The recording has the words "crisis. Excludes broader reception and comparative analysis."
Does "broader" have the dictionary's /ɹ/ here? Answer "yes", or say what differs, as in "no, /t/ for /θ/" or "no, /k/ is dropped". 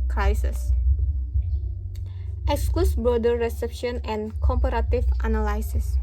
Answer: no, /ɹ/ is dropped